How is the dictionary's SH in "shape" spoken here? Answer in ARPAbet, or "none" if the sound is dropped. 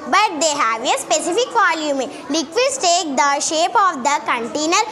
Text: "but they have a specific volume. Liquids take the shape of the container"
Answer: SH